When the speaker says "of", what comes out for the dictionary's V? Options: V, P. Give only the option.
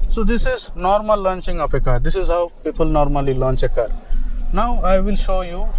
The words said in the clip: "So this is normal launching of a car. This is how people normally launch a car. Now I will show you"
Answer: P